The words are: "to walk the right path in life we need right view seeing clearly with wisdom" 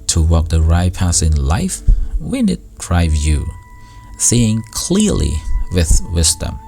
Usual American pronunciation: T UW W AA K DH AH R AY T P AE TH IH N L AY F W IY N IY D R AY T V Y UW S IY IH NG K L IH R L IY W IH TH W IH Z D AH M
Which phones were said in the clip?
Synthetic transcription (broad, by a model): T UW W AA K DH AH R AY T P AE S IH N L AY F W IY N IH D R AY V Y UW S IY IH NG K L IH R L IY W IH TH W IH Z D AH M